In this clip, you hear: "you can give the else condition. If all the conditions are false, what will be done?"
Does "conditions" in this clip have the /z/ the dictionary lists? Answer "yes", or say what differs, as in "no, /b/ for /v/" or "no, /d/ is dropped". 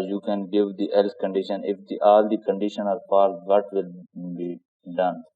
no, /z/ is dropped